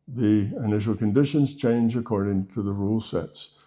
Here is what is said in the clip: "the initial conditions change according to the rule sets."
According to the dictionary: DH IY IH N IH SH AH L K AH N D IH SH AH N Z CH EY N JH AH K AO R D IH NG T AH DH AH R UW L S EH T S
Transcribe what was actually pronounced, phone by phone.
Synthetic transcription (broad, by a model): DH IY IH N IH SH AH L K AH N D IH SH AH N Z CH EY N JH AH K AO R D IH NG T AH DH AH R UW L S EH T S